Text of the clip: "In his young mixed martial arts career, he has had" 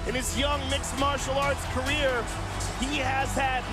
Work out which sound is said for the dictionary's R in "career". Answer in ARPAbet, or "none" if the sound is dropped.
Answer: R